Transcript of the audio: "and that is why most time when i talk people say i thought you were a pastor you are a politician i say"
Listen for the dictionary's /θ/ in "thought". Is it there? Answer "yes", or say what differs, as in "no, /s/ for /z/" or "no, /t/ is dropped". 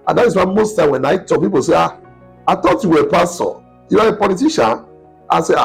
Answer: no, /t/ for /θ/